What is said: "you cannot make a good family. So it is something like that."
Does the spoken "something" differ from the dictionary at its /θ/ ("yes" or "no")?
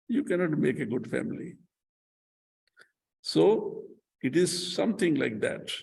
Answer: yes